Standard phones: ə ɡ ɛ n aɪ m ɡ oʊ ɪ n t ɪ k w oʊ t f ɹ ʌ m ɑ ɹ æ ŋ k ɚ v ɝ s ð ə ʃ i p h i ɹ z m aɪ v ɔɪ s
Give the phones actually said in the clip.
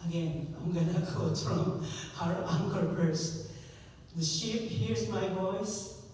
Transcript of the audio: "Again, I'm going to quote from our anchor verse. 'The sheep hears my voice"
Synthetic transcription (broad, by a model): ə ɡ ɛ n aɪ m ɡ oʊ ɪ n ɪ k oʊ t f ɹ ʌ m ɑ ɹ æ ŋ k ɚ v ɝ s ð ə ʃ i p h i ɹ z m aɪ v ɔɪ s